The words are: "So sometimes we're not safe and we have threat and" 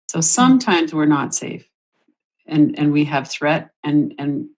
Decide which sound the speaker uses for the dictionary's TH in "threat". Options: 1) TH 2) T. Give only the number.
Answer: 1